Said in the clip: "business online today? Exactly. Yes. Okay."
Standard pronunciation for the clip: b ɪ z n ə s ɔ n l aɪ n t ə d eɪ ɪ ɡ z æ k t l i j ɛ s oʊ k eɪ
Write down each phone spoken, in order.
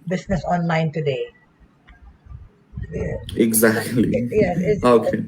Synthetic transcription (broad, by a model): b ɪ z n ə s ɔ n l aɪ n t ə d eɪ ɪ ɡ z æ k t l i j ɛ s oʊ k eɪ